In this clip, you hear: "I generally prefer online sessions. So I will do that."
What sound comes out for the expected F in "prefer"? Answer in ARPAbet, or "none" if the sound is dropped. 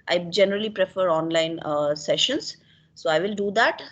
F